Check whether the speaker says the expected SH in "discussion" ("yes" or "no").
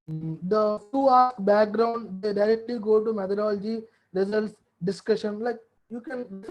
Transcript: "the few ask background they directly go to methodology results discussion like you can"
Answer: yes